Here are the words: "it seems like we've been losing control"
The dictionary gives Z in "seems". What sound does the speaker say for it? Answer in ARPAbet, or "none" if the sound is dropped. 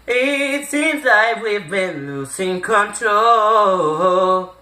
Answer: Z